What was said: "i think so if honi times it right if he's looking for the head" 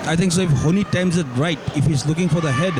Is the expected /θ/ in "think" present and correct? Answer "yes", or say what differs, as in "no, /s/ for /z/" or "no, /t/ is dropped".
no, /t/ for /θ/